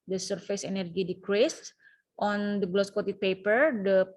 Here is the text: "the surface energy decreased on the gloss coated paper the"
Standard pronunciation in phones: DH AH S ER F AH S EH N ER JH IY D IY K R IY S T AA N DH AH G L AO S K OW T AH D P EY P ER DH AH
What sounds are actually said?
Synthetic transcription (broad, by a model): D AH S ER F AH S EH N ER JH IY D IY K R IY S T AA N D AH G L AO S K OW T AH P EY P ER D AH